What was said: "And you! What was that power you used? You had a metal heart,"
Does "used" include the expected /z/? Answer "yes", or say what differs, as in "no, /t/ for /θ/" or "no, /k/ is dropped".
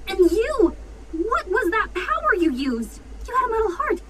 yes